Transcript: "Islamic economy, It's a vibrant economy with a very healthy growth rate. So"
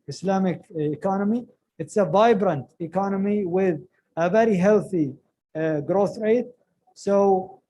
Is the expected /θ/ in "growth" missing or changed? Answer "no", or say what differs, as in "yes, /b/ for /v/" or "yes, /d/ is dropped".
no